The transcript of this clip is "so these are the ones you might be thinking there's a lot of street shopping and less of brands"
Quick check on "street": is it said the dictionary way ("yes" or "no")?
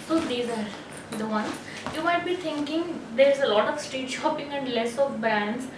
no